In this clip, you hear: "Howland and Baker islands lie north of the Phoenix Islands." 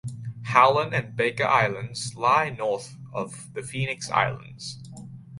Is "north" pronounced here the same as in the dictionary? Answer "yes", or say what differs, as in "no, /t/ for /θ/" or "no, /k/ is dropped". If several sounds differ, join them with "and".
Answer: yes